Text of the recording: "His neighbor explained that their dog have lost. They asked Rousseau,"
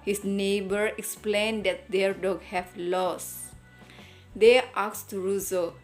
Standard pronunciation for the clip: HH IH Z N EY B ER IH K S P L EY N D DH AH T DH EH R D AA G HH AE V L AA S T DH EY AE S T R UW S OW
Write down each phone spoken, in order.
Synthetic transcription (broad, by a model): HH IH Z N EY B ER IH K S P L EY N D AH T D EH R D AA G HH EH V L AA S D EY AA S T R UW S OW